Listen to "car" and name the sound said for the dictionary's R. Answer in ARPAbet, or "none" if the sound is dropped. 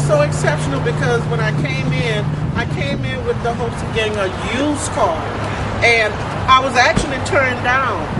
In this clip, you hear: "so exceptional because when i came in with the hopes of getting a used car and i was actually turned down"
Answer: L